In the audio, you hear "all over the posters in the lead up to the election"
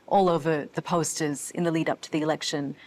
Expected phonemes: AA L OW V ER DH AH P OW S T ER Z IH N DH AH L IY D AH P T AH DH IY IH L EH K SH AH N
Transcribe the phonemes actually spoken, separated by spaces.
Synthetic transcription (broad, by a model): AA L OW V ER DH AH P OW S T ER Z IH N DH AH L IY D AH P T AH DH IY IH L EH K SH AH N